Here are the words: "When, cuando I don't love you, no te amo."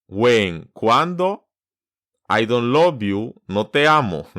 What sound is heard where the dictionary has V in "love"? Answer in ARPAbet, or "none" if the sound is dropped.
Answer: B